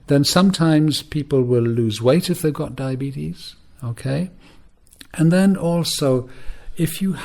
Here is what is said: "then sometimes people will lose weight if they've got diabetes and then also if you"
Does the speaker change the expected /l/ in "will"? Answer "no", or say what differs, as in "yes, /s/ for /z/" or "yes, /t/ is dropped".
no